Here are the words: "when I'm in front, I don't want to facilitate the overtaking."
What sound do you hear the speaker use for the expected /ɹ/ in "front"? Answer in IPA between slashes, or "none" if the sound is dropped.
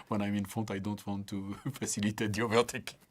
none